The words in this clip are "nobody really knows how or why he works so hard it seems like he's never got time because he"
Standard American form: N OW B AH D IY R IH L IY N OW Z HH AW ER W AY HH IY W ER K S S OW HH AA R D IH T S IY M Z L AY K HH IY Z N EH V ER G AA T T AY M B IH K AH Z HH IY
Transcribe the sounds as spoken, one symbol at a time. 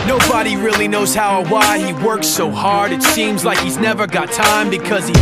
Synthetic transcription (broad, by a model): N OW B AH D IY R IH L IY N OW Z HH AW ER W AY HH IY W ER K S S OW HH AA R D IH T S IY M Z L AY K HH IY Z N EH V ER G AA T T AY M B IH K AH Z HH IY